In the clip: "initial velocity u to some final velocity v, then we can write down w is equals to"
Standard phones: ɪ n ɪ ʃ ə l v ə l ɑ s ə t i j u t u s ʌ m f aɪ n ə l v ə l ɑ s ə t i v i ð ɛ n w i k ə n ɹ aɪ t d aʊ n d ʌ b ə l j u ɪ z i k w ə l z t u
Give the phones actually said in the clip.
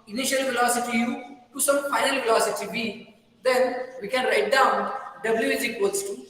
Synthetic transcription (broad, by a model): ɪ n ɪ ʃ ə l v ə l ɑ s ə t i j u t u s ʌ m f aɪ n ə l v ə l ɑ s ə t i b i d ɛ n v i k ə n ɹ aɪ t d aʊ n d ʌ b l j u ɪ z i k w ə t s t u